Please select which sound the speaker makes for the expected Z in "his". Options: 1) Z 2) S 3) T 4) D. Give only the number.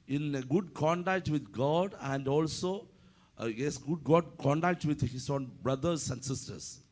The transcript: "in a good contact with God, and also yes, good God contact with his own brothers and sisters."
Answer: 2